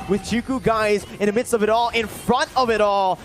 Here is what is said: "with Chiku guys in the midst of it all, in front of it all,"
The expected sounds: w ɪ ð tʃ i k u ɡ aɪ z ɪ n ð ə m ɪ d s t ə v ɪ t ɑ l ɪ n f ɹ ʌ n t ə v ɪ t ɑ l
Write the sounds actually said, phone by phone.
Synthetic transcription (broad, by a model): w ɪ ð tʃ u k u ɡ aɪ z ɪ n ð ə m ɪ d s t ə v ɪ t ɑ l ɪ n f ɹ ʌ n t ə v ɪ t ɑ l